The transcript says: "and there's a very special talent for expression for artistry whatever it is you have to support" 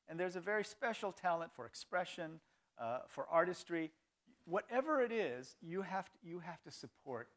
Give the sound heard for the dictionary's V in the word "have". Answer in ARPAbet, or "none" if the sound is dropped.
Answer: F